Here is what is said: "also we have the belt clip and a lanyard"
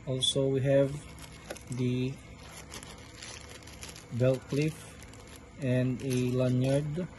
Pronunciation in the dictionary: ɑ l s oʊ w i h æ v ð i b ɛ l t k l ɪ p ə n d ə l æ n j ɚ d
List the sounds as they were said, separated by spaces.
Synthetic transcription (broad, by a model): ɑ l s oʊ w i h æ v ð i b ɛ l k l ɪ f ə n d ə l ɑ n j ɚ d